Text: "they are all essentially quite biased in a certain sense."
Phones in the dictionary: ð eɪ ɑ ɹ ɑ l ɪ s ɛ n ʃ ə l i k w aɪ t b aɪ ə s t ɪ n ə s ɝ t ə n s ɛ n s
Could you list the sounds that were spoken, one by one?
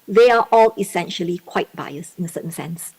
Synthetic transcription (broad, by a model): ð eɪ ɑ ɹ ɑ l ɪ s ɛ n ʃ ə l i k w aɪ t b aɪ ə s ɪ n ə s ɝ t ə n s ɛ n s